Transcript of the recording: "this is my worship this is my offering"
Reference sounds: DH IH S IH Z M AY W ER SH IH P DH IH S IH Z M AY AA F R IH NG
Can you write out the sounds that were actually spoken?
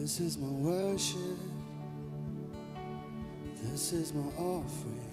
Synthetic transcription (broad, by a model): IH S IH Z M AY W ER SH IH P DH IH S IH Z M AY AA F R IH